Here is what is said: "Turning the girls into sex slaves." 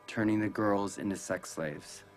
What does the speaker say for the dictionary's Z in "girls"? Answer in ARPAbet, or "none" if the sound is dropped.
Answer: Z